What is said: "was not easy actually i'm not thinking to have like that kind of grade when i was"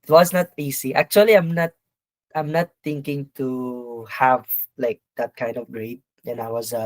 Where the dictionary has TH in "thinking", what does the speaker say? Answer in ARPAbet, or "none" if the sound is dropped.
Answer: T